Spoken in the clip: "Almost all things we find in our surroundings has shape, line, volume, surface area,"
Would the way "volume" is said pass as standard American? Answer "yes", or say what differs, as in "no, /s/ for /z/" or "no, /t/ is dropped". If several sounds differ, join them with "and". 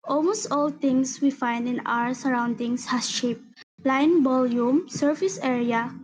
no, /b/ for /v/